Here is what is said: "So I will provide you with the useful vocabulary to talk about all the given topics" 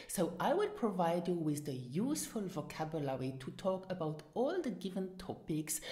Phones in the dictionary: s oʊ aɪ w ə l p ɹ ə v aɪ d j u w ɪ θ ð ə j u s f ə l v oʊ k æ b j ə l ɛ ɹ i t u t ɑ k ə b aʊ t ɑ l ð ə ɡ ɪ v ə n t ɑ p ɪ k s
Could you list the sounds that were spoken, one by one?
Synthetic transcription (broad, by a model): s oʊ aɪ w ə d p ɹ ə v aɪ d j u w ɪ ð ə j u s f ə l v oʊ k æ b j ə l ɛ ɹ i t u t ɑ k ə b aʊ t ɑ l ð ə ɡ ɪ v ə n t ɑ p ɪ k s